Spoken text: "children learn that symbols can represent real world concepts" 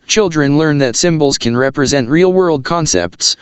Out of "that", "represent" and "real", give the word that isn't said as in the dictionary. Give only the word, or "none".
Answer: none